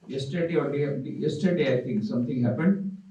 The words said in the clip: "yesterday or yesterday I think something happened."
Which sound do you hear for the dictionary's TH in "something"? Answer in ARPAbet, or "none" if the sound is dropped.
T